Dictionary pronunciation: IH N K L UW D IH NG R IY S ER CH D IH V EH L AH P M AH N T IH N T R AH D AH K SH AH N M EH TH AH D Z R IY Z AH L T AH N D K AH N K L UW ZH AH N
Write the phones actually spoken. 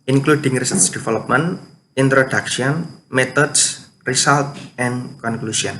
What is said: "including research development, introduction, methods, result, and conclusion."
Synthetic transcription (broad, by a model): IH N K L UW D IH NG R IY S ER S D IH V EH L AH P M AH N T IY N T R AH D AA K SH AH N M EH T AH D S R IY S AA L T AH N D K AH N K L UW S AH N